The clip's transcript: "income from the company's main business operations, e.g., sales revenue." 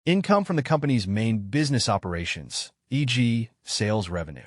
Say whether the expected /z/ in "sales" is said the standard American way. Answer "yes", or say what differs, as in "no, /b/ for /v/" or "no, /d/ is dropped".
yes